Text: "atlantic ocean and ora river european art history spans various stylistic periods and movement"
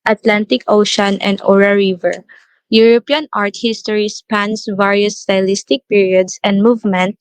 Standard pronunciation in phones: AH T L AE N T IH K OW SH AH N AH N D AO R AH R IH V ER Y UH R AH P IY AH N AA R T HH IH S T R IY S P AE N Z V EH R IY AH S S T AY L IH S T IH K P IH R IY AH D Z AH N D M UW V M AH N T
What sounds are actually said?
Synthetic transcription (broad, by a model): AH T L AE N T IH K OW SH AH N AH N D AO R AH R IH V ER Y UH R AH P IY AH N AA R T HH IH S T R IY S P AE N S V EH R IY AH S S T AY L IH S T IH K P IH R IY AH D S AH N D M UW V M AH N T